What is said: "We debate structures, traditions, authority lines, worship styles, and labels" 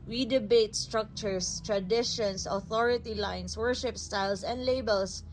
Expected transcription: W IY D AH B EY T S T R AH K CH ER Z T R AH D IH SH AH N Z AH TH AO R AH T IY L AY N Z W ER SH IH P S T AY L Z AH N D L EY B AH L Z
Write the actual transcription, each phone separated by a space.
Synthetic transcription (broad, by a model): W IY D AH B EY T S T R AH K CH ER S T R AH D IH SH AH N S AH TH AO R AH T IY L AY N S W ER SH IH P S T AY L S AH N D L EY B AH L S